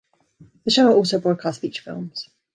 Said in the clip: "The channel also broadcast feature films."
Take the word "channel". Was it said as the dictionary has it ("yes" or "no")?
no